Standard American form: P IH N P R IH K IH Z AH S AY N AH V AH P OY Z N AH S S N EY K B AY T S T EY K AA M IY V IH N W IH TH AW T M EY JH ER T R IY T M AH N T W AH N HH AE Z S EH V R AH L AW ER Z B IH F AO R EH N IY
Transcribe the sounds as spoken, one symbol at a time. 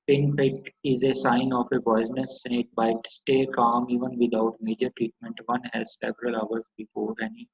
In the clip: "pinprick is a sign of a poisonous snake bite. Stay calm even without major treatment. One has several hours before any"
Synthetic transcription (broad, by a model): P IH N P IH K IH Z AH S AY N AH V AH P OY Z N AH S S EY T B AY T S T EY K AA M IY V IH N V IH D AW T M EY JH ER T R IY T M AH N T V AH N HH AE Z S EH V R AH L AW ER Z B IH F AO R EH N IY